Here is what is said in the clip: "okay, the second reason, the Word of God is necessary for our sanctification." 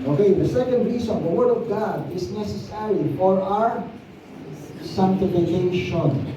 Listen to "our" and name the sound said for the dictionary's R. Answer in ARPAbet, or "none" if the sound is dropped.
R